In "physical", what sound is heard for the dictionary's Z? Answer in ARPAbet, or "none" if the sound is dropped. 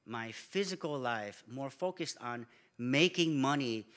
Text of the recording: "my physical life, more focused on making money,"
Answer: Z